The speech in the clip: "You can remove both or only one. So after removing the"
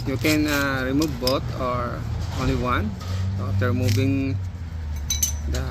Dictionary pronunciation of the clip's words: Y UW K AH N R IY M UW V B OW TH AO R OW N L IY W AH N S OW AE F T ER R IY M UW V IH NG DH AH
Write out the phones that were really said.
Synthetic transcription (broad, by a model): Y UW K AH N R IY M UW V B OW T AO R OW N L IY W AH N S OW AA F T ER R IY M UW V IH NG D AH